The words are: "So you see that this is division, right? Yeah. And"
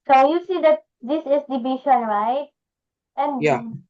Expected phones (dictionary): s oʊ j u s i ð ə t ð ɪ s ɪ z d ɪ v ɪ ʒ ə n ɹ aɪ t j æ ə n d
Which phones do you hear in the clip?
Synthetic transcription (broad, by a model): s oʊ j u s i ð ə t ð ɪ s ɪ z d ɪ b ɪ ʃ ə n ɹ aɪ t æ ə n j